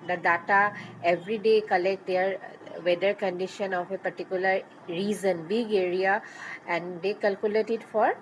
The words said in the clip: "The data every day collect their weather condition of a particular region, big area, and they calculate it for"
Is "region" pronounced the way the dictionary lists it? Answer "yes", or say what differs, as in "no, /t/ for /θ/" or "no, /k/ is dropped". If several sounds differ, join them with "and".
no, /z/ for /dʒ/